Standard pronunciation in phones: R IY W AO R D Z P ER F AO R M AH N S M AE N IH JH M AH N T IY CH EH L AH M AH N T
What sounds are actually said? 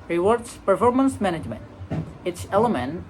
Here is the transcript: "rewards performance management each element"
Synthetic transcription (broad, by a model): R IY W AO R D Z P ER F AO R M AH N S M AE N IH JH M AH N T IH S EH L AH M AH N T